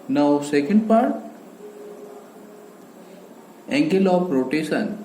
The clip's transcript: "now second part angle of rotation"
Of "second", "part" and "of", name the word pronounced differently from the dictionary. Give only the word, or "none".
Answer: of